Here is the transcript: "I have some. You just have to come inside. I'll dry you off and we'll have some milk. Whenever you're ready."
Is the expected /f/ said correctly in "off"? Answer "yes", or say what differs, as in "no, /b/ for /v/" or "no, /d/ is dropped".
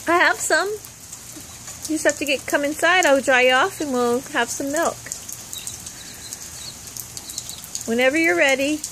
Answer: yes